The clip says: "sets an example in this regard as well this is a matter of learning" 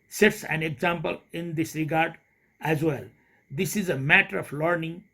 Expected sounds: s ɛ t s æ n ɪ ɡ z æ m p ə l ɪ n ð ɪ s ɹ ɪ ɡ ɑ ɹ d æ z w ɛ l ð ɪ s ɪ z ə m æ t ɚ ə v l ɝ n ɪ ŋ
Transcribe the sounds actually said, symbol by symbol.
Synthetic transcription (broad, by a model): s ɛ t s æ n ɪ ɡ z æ m p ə l ɪ n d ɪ s ɹ ɪ ɡ ɑ ɹ d æ z w ɛ l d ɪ s ɪ z ə m æ t ɚ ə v l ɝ n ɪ ŋ